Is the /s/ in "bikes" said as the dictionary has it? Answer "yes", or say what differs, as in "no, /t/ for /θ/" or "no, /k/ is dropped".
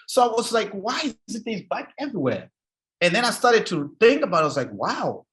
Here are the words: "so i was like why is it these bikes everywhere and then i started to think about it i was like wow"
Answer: no, /s/ is dropped